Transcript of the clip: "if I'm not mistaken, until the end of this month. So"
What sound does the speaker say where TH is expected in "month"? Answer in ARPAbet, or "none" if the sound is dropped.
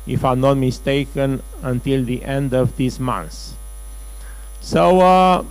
S